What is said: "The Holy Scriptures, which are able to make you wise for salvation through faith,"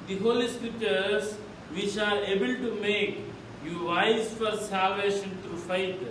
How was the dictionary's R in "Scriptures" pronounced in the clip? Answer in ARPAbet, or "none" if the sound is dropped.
none